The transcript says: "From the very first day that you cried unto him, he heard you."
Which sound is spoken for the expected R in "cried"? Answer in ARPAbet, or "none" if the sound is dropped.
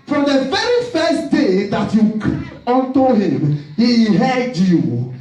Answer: none